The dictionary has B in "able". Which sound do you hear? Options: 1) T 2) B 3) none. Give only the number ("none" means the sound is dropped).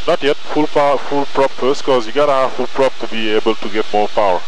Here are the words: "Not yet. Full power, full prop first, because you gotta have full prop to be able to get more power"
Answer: 2